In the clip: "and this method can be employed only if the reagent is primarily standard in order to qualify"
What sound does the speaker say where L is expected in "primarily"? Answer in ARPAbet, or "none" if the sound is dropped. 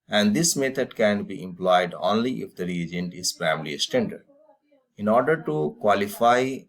none